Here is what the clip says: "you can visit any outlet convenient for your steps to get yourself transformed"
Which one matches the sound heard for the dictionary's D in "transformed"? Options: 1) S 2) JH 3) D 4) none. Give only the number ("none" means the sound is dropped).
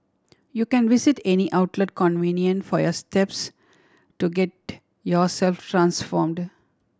3